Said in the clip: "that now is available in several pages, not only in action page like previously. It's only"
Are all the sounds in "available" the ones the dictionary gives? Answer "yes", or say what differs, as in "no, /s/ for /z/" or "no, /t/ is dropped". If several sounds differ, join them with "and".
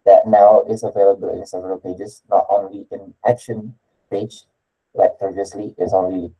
yes